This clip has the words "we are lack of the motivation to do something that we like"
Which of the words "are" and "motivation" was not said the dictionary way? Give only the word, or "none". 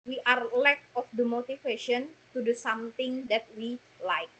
motivation